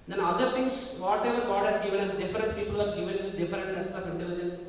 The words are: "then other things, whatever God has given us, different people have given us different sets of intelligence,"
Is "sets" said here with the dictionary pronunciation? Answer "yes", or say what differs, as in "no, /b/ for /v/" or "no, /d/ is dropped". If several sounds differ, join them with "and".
no, /s/ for /t/